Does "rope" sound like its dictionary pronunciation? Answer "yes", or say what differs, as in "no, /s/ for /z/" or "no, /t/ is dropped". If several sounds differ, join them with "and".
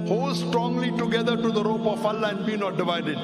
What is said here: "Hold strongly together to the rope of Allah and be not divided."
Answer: yes